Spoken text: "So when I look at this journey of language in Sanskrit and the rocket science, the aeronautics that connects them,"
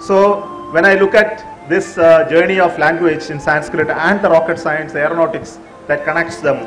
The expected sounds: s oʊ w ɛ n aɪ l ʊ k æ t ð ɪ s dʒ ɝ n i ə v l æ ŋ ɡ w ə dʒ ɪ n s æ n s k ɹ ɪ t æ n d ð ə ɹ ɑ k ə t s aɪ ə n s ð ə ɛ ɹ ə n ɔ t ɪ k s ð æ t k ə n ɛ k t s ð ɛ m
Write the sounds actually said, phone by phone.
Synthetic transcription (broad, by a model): s oʊ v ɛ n aɪ l ʊ k æ t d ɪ s dʒ ɝ n i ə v l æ ŋ ɡ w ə dʒ ɪ n s æ n s k ɹ ɪ t æ n d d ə ɹ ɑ k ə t s aɪ ə n s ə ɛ ɹ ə n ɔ t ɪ k s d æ t k ə n ɛ k t s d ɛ m